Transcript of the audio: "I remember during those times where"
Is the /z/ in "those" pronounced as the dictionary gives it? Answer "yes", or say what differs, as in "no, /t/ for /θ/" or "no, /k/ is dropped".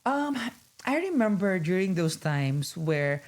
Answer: no, /s/ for /z/